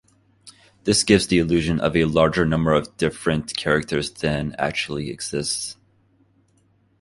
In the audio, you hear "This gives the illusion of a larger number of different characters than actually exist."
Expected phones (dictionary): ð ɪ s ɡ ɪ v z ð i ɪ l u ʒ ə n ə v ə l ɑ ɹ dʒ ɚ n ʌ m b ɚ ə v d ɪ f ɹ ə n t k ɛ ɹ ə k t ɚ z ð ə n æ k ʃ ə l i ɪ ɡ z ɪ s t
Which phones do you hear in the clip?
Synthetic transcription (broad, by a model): ð ɪ s ɡ ɪ v z ð i ɪ l u ʒ ə n ə v ə l ɑ ɹ dʒ ɚ n ʌ m b ɚ ə v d ɪ f ɹ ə n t k ɛ ɹ ə k t ɚ z ð ə n æ k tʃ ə l i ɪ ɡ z ɪ s t